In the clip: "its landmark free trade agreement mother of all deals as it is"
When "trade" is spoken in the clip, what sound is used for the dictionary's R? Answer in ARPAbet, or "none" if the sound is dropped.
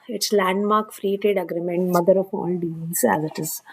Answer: none